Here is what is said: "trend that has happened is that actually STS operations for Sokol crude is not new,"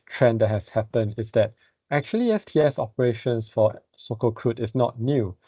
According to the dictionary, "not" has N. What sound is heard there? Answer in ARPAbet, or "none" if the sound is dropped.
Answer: N